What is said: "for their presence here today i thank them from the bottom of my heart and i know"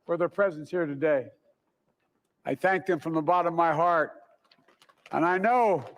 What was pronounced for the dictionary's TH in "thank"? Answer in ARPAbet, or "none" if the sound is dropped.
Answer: TH